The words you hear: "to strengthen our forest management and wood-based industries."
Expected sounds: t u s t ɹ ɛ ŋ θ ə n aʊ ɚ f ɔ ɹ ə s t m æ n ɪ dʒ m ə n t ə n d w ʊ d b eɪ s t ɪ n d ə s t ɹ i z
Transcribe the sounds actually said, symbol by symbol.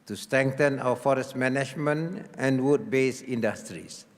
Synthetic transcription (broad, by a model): t u s t ɹ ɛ ŋ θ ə n aʊ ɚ f ɔ ɹ ə s t m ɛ n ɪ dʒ m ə n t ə n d w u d b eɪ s i n d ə s t ɹ i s